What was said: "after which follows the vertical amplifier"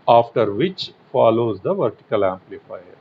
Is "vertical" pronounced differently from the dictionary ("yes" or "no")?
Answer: no